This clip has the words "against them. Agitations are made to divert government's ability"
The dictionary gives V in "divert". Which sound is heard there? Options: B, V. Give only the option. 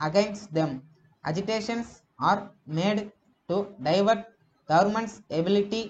V